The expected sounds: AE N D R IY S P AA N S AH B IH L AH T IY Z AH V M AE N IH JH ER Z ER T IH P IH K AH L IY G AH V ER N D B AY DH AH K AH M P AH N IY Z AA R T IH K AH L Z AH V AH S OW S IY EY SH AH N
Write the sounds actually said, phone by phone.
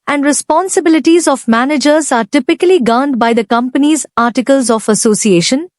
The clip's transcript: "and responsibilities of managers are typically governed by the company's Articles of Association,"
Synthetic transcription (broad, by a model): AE N D R IY S P AA N S AH B IH L AH T IY Z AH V M AE N IH JH ER Z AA T IH P IH K AH L IY G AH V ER N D B AY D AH K AH M P AH N IY Z AA R T IH K AH L Z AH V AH S OW S IY EY SH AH N